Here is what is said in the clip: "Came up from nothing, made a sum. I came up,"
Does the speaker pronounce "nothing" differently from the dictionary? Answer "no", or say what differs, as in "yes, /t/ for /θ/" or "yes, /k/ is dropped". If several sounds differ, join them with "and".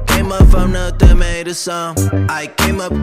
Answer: yes, /t/ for /θ/